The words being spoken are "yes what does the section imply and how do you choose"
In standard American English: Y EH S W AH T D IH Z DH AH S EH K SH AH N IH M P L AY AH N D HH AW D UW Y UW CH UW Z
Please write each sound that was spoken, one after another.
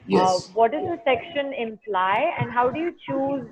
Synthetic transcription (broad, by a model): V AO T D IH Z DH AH S EH K SH AH N IH M P L AY AH N D HH AW D UW Y UW CH UW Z